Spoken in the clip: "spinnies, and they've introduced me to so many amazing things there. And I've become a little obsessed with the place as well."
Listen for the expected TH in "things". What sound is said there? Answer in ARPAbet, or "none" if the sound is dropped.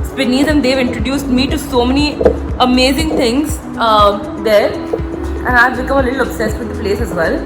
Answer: T